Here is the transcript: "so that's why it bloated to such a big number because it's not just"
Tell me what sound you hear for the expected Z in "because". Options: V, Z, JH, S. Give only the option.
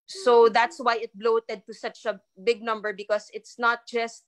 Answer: S